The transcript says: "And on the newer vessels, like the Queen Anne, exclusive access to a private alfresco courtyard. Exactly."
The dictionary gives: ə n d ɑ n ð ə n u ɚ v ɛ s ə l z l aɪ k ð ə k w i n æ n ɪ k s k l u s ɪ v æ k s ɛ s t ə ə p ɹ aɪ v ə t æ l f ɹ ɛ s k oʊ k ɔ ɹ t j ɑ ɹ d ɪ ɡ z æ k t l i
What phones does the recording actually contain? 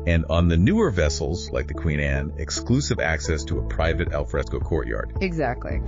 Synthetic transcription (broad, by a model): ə n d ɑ n ð ə n u ɚ v ɛ s l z l aɪ k ð ə k w i n æ n ɪ k s k l u s ɪ v æ k s ɛ s t ə ə p ɹ aɪ v ə t æ l f ɹ ɛ s k oʊ k ɔ ɹ t j ɑ ɹ d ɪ ɡ z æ k t l i